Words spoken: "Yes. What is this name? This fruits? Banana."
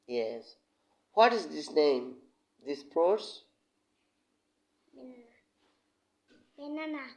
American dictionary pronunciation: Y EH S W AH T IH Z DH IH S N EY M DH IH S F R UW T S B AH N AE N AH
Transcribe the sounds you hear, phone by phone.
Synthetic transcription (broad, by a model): Y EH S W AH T IH Z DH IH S N EY M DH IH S P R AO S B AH N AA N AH